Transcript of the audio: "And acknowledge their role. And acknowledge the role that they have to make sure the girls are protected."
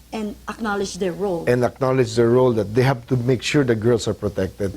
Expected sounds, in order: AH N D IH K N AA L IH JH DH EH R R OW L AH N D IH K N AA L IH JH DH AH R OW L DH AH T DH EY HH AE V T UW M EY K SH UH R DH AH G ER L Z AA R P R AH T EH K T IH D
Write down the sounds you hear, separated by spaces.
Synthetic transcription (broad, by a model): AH N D IH K N AA L IH JH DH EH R R OW L AH N D IH K N AA L IH JH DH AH R OW L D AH T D EY HH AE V T UW M EY K SH UH R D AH G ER L S AA R P R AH T EH K T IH D